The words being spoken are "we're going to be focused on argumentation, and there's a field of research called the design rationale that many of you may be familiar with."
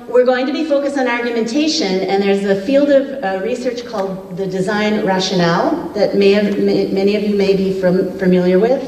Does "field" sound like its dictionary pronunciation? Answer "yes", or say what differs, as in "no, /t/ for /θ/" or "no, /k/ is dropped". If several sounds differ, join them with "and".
yes